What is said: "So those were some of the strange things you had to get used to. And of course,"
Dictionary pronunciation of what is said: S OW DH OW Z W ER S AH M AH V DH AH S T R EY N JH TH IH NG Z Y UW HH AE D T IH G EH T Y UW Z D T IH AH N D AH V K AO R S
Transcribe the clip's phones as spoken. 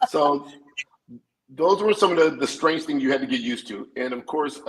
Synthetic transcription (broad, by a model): S OW DH OW Z W ER S AH M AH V DH AH S T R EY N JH TH IH NG Z Y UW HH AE D T IH G EH T Y UW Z T IH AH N AH V K AO R S